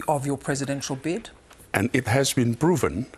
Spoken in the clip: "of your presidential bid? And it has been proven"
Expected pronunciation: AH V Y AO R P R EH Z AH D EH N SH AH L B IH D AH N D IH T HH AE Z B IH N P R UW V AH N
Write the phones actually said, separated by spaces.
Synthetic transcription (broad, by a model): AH V Y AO P R EH Z AH D EH N SH AH L B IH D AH N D IH T HH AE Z B IH N P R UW V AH N